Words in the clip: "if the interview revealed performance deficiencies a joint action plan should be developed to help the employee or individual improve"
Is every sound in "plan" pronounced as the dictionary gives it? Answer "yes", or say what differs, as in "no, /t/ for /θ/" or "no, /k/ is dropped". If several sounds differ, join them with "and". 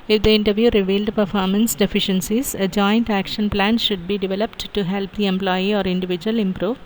yes